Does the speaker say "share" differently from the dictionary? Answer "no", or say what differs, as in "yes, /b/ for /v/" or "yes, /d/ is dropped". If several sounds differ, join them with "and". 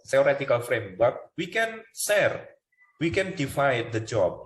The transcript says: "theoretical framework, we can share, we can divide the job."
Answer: yes, /s/ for /ʃ/